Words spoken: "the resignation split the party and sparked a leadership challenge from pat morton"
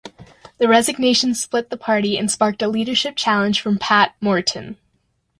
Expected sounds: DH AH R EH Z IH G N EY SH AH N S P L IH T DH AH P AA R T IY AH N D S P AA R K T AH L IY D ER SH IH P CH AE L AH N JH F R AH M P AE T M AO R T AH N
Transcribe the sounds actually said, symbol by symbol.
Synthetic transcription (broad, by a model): DH AH R EH Z IH G N EY SH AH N S P L IH T DH AH P AA R T IY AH N S P AA R K T AH L IY D ER SH IH P CH AE L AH N ZH F R AH M P AE T M AO R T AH N